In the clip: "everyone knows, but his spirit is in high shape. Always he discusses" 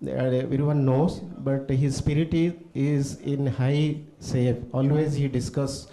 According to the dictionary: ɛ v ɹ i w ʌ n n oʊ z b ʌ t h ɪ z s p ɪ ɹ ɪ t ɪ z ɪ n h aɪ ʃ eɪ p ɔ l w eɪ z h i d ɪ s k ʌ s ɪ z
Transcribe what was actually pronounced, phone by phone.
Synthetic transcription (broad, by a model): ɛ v ɹ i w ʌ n n oʊ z b ʌ t h ɪ z s p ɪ ɹ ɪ t ɪ z ɪ n h aɪ s eɪ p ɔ l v eɪ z h i d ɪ s k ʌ s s